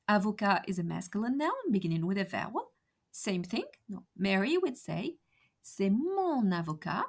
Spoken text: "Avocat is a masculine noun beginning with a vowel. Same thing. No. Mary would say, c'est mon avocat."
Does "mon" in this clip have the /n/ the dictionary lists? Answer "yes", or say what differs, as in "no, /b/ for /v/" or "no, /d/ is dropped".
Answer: yes